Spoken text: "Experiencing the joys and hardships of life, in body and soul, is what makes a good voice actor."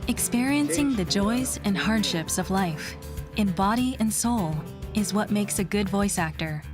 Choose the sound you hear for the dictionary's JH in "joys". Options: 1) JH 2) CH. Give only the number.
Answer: 1